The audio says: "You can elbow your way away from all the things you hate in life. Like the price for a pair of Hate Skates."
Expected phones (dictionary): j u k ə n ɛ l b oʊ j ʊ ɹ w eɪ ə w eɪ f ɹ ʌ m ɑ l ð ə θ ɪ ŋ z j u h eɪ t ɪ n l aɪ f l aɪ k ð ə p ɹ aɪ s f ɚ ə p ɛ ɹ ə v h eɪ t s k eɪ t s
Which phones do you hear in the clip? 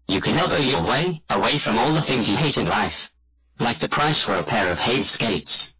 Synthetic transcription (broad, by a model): j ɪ k ə n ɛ b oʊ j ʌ l w eɪ ə w eɪ f ɹ ʌ m ɑ l ð ə θ ɪ ŋ z j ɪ h eɪ t ɪ n l aɪ f l aɪ k ð ə p ɹ aɪ s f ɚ ə p ɛ ɹ ə v h eɪ t s k eɪ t s